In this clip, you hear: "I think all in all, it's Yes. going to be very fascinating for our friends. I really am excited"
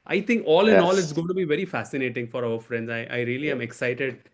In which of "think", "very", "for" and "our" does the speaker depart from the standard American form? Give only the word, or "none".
think